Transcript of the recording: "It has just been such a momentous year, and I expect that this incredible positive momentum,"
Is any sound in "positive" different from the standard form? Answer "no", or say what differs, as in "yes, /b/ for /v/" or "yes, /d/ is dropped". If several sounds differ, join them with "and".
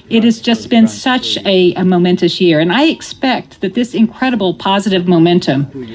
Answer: no